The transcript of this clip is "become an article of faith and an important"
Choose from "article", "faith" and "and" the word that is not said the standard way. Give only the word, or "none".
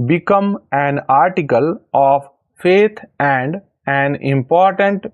faith